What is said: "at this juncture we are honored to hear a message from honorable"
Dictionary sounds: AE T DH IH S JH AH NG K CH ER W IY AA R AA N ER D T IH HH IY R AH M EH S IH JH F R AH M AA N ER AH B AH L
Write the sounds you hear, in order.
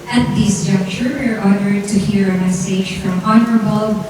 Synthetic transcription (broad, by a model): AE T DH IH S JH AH K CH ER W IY AA R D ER D T IH HH IY R AH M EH S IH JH F R AH M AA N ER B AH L